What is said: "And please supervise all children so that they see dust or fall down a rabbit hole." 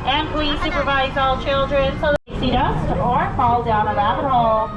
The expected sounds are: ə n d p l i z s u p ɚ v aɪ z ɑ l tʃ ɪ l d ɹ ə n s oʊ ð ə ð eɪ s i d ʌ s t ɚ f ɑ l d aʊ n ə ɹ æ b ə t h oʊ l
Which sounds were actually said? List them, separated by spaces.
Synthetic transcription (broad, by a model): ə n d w i s u p ɚ v aɪ z ɑ l tʃ ɪ l d ɹ ə n s oʊ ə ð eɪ s i d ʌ s ɚ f ɑ l d aʊ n ə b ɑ ə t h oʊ l